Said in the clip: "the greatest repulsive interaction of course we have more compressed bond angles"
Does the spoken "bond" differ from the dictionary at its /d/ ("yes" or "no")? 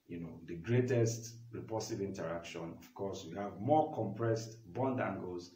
no